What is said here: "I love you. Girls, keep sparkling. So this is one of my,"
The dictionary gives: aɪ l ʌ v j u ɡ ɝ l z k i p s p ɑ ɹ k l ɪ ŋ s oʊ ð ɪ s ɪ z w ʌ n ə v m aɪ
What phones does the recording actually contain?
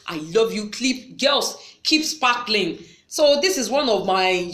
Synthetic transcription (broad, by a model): aɪ l ʌ v j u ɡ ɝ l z k i p s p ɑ k l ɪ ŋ s oʊ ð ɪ s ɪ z w ʌ n ə v m aɪ